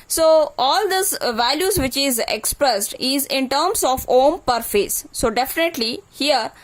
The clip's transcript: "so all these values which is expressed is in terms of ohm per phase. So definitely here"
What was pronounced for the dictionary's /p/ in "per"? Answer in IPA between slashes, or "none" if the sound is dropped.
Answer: /p/